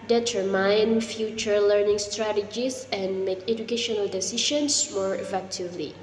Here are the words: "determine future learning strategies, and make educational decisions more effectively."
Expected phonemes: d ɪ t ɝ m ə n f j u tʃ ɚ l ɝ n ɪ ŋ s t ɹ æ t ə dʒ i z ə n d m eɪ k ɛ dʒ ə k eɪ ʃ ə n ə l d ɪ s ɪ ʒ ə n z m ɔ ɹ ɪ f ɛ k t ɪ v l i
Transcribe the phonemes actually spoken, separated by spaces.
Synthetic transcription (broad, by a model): d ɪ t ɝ m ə n f j u tʃ ɚ l ɝ n ɪ ŋ s t ɹ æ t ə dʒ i s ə n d m eɪ k ɛ dʒ ə k eɪ ʃ ə n ə l d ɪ s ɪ ʃ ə n s m ɔ ɹ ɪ f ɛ k t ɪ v l i